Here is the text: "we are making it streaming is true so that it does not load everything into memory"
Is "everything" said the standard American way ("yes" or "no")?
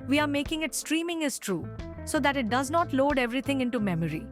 no